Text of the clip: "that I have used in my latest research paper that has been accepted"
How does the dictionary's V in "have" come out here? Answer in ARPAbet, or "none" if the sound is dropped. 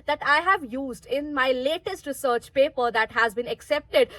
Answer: V